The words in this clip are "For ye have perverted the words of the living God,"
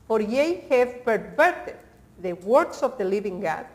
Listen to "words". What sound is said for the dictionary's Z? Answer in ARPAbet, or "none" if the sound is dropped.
S